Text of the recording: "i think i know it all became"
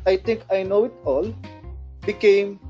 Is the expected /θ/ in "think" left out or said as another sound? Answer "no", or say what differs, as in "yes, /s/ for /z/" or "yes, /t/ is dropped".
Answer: yes, /t/ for /θ/